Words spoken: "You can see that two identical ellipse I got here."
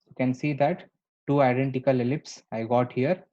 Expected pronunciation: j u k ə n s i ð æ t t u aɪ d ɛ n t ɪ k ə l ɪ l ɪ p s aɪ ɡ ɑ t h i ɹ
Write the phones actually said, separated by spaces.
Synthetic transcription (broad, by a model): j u k ə n s i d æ t t u aɪ d ɛ n t ɪ k ə l ɪ l ɪ p s aɪ ɡ ɑ t h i ɹ